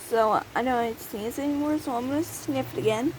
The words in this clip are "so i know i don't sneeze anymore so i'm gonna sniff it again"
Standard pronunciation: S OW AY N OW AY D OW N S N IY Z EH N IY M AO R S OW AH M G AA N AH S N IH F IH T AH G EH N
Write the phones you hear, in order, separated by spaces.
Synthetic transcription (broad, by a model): S OW AY N OW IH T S IY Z EH N IY M AO R S OW AH M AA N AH S N IH F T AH G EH N